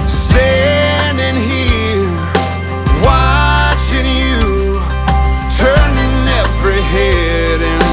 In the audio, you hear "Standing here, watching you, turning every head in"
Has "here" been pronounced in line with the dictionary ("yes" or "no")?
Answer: no